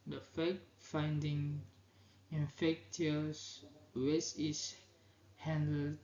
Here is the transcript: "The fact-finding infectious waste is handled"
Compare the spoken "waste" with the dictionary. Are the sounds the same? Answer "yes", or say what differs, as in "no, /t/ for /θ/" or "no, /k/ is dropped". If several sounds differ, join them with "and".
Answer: no, /t/ is dropped